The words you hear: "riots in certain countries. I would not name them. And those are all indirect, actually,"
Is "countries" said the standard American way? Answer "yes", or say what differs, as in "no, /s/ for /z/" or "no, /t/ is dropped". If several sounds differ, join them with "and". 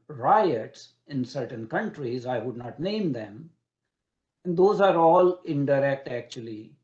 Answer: yes